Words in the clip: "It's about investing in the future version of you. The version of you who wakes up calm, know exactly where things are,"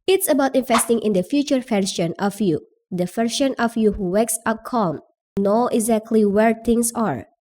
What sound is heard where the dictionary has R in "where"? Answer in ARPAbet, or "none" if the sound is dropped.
R